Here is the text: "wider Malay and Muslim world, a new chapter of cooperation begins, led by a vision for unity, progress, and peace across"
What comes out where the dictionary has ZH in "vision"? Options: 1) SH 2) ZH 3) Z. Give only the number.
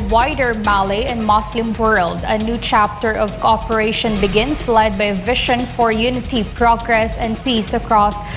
1